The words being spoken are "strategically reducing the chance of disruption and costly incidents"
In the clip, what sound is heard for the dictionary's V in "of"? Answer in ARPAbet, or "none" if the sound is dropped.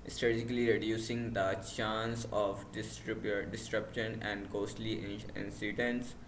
B